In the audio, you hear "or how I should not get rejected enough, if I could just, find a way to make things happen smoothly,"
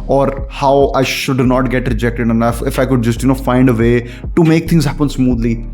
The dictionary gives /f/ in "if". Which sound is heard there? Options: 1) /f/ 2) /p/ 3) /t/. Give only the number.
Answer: 1